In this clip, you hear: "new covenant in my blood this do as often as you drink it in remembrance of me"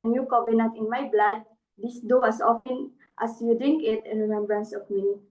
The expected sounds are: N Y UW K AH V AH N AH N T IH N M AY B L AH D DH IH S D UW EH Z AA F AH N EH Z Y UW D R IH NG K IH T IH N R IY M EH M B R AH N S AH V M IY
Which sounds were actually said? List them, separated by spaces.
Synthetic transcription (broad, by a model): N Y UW K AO B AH N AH T IH N M AY B L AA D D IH S D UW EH S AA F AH N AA S Y UW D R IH NG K IH T IH N R IY M EH M B R AH N S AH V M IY